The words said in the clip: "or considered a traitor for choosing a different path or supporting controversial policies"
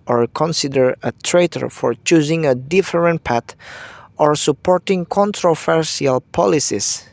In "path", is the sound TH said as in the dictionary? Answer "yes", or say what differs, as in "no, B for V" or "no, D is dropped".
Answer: no, T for TH